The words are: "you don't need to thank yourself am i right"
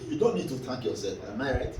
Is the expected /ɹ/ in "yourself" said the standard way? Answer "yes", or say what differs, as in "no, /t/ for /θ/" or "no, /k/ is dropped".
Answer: no, /l/ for /ɹ/